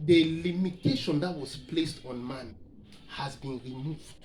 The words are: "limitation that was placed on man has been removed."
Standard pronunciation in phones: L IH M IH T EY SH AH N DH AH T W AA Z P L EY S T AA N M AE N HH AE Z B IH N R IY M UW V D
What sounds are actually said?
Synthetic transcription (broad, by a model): L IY M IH T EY SH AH N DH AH T W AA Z P L EY S T AA N M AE N HH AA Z B IH N R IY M UW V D